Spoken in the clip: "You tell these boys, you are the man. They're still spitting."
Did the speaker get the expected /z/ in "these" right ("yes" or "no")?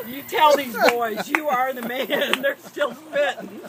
yes